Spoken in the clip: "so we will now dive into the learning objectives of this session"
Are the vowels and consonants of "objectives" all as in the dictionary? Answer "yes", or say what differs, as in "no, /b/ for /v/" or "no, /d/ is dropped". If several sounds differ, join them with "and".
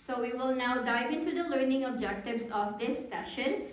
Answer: no, /s/ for /z/